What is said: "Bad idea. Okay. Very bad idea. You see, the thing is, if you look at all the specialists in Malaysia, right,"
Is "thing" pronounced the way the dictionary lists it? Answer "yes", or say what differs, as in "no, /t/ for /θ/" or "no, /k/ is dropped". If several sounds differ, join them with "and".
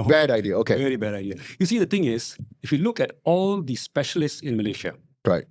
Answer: no, /t/ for /θ/